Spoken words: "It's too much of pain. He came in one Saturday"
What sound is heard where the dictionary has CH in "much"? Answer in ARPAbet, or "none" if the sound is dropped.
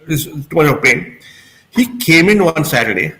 none